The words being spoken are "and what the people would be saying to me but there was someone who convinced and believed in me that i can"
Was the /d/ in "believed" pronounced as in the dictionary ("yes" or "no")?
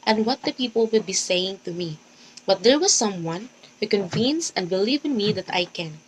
no